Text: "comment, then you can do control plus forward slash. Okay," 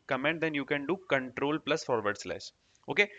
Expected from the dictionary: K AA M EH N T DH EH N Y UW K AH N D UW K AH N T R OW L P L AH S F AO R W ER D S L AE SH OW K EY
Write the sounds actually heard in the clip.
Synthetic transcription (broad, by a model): K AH M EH N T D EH N Y UW K AH N D UW K AH N T R OW L P L AH S F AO R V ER D S L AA S OW K EY